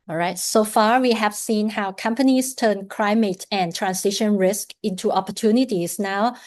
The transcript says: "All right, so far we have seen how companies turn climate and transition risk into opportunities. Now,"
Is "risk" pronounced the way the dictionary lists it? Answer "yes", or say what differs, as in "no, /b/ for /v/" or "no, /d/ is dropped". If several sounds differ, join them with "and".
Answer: yes